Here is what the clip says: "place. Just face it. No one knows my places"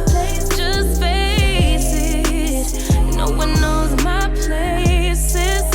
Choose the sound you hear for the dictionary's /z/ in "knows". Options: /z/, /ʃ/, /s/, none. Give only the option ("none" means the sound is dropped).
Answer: /z/